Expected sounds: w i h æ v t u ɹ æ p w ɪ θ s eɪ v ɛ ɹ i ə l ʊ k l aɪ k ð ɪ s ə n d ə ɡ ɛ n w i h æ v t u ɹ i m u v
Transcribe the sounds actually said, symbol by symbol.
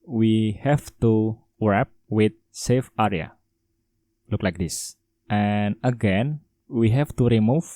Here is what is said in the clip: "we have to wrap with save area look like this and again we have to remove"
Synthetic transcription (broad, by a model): w i h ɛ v t u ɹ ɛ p w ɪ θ s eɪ f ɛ ɹ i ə l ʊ k l aɪ k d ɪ s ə n ə ɡ ɛ n w i h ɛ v t u ɹ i m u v